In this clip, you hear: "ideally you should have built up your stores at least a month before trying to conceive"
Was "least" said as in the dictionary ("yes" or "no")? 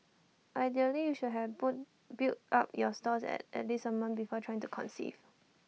no